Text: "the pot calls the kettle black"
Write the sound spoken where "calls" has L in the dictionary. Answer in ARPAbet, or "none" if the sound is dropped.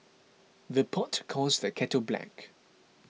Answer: none